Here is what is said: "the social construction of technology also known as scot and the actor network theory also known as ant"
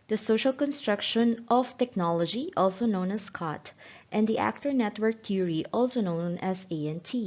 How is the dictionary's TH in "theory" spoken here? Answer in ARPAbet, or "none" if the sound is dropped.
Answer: T